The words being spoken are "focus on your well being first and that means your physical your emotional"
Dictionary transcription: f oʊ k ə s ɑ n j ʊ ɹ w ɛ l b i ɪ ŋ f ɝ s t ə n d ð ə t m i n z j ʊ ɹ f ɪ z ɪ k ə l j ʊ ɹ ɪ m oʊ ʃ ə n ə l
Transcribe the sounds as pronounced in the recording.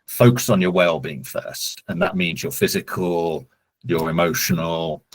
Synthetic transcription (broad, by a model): f oʊ k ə s n j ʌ w ɛ l b i ɪ ŋ f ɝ s t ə n ð ə t m i n z j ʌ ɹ f ɪ z ɪ k ə l j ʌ ɹ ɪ m oʊ ʃ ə n ə l